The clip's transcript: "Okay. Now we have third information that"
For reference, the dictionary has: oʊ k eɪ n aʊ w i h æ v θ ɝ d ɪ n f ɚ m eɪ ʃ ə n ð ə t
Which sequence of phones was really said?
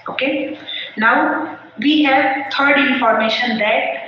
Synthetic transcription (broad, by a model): oʊ k eɪ n aʊ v i h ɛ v t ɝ d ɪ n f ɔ m eɪ ʃ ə n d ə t